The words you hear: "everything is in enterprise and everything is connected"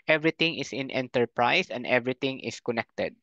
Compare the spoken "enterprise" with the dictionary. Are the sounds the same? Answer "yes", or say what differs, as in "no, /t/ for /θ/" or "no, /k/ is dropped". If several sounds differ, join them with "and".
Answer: no, /s/ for /z/